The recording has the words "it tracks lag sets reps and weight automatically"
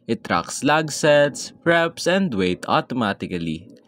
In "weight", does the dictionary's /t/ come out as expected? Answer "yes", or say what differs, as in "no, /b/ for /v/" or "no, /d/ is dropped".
yes